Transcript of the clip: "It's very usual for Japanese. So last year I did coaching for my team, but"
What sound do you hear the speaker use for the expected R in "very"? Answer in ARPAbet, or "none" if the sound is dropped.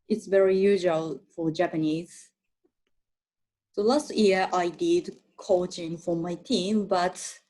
R